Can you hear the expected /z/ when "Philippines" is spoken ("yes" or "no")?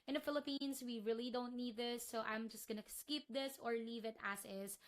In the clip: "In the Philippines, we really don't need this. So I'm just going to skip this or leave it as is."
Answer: no